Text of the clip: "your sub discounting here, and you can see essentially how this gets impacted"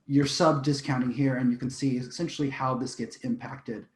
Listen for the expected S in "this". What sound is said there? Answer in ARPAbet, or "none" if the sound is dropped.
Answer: S